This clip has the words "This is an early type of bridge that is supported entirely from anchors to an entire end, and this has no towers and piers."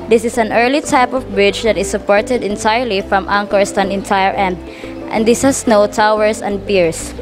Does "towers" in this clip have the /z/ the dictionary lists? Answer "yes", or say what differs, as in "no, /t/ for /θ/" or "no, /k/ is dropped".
no, /s/ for /z/